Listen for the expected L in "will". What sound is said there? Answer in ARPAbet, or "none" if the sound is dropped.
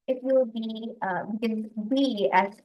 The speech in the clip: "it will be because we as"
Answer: W